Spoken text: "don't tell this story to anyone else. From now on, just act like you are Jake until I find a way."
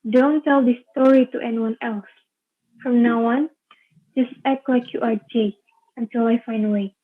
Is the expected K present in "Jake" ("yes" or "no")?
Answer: no